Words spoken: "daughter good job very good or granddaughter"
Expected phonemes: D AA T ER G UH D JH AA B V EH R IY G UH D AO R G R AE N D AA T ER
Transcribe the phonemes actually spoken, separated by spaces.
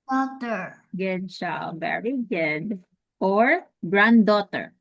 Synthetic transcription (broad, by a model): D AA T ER G UH D CH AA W V EH R IY G UH D AO R G R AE N D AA T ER